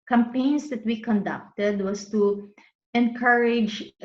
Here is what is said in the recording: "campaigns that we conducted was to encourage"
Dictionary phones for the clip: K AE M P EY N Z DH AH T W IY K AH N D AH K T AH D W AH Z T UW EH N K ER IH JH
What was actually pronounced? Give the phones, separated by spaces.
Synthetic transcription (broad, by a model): K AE M P EY N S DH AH T W IY K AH N D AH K T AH D W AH S T UW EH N K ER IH JH